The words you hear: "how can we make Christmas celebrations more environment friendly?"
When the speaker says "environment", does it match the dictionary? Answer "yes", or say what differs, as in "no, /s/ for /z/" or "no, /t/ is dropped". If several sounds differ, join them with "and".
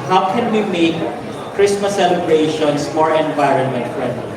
yes